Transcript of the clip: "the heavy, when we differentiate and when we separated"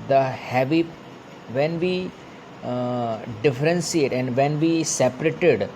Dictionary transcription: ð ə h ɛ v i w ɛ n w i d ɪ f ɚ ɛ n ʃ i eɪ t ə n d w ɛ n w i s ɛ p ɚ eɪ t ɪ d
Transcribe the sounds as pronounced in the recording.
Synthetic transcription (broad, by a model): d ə h ɛ v i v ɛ n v i d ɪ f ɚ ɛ n s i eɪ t ə n d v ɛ n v i s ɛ p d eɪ t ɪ d